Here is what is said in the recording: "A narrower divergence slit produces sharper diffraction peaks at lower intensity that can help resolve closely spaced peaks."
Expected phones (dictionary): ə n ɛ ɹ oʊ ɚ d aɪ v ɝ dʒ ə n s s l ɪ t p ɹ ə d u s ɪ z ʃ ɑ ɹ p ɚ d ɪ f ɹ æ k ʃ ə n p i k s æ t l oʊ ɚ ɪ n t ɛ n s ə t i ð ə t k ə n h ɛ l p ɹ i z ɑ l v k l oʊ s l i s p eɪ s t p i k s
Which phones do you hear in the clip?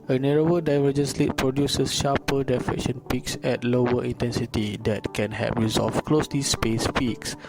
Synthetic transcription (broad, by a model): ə n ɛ ɹ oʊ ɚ d aɪ v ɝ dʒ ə n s s l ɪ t p ɹ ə d u s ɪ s ʃ ɑ p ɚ d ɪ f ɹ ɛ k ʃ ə n p i k s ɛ t l oʊ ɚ ɪ n t ɛ n s ə t i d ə t k ə n h ɛ p ɹ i z ɑ l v k l oʊ s l i s p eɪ s p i k s